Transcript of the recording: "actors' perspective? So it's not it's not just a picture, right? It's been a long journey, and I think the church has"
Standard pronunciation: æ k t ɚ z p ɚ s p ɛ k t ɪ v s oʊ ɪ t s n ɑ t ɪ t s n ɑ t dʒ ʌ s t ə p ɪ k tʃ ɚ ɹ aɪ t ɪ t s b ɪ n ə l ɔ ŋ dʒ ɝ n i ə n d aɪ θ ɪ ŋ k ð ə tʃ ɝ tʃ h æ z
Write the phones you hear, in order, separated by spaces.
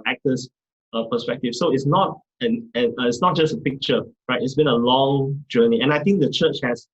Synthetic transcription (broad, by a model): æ k t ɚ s p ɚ s p ɛ k t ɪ f s oʊ ɪ t s n ɑ t ɪ t s n ɑ t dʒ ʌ s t ə p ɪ k tʃ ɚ ɹ aɪ t ɪ t s b ɪ n ə l ɔ ŋ dʒ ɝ n i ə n aɪ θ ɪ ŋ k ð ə tʃ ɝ tʃ h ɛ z